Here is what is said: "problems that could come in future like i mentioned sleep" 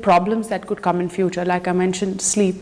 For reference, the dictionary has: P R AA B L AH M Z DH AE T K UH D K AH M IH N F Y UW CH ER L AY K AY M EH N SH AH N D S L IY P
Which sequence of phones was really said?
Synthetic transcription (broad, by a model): P R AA B L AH M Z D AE T K UH D K AH M IH N F Y UW CH ER L AY K AY M EH N SH AH N D S L IY P